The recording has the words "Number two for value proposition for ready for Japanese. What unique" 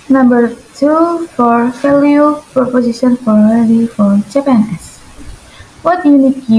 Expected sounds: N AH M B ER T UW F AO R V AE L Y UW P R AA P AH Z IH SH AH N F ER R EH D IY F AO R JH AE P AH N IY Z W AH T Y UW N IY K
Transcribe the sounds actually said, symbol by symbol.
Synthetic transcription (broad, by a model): N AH M B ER T UW F AO R F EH L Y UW P R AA P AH S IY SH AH N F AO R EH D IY F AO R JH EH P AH N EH S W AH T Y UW N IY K